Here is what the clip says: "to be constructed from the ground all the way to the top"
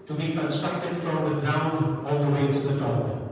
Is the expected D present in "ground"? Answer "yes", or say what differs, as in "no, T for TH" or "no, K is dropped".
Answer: no, D is dropped